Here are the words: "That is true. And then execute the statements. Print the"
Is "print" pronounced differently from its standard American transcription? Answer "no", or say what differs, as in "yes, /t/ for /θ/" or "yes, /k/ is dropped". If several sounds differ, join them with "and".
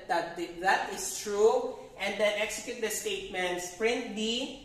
no